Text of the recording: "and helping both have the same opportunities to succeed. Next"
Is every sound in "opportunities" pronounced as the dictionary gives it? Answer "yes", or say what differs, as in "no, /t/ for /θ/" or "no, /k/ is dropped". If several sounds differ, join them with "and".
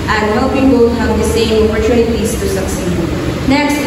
no, /n/ is dropped